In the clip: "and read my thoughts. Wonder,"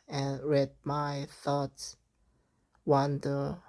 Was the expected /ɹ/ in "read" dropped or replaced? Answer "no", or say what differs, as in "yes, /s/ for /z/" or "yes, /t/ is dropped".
no